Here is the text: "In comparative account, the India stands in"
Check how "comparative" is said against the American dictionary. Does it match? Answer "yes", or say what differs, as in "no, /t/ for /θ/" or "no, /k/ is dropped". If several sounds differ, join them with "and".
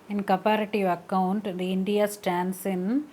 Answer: no, /m/ is dropped